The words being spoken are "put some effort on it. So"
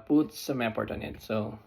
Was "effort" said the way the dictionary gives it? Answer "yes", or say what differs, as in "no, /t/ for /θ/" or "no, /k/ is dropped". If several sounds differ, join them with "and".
no, /p/ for /f/